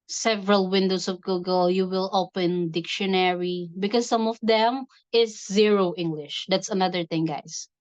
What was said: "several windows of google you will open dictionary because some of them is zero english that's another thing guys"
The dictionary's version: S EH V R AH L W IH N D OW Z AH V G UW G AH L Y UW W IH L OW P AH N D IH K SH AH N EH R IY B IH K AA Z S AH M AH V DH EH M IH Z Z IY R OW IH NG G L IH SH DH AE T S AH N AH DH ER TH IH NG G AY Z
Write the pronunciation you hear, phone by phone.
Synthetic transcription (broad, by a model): S EH V R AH L W IH N D OW S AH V G UW G AH L Y UW W IH L OW P AH N D IH K SH AH N EH R IY B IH K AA S AH M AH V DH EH M IH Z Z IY R OW IH NG G L IH SH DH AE T S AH N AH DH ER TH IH NG G AY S